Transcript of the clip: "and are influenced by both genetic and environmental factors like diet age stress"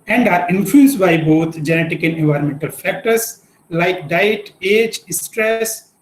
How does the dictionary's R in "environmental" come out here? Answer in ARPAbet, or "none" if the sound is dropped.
R